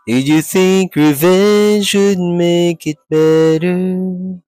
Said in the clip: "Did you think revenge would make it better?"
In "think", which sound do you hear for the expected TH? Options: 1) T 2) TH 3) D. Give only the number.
2